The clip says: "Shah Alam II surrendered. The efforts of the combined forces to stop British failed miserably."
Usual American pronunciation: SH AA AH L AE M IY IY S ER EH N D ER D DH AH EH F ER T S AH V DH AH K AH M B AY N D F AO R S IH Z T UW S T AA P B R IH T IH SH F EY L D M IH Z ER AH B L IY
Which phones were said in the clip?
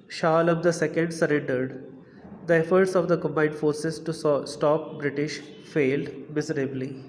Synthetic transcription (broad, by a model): SH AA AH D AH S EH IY S ER EH N D ER D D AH EH F ER T S AH V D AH K AH M B AY N D F AO R S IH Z T UW S T AA P B R IH T IH SH F EY L D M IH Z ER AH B L IY